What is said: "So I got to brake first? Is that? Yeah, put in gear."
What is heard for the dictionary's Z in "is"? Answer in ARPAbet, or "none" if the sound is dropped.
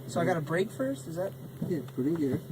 Z